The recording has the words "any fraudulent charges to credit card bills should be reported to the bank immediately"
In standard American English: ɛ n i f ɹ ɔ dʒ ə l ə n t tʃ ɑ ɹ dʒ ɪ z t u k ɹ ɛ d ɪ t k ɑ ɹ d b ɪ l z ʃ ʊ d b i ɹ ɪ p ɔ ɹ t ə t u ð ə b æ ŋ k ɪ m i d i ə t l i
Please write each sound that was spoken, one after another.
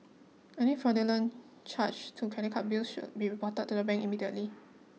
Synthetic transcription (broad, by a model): ɛ n i f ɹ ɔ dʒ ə l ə n tʃ ɑ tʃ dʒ t u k ɛ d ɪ k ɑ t b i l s ʃ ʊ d b i ɹ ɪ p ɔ t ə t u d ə b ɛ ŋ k ɪ m i d i ə t l i